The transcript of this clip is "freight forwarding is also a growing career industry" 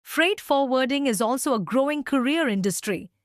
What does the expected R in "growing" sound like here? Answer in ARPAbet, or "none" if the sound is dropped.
R